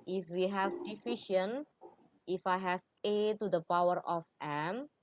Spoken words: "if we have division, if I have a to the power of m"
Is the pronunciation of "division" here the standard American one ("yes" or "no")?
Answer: no